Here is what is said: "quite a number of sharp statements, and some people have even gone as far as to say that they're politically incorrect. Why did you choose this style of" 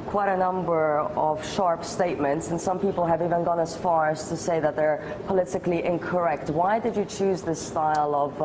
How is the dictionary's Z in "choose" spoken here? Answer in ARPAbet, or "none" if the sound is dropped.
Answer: Z